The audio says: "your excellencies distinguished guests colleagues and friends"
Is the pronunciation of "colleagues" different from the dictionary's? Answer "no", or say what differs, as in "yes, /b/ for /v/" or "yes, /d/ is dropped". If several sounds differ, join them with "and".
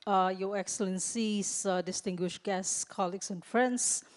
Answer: yes, /s/ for /z/